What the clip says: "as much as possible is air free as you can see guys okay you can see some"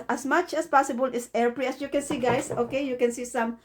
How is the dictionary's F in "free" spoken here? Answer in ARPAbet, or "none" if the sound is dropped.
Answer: P